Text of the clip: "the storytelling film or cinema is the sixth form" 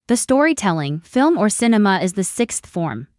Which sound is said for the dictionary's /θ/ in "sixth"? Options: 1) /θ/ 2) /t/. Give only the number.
1